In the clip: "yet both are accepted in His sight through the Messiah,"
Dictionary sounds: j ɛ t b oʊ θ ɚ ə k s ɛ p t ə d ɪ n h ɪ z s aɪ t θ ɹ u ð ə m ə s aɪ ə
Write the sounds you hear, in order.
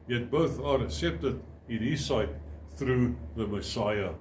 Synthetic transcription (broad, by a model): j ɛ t b oʊ θ ɚ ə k s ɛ p t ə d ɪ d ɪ s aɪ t θ ɹ u ð ə m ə s aɪ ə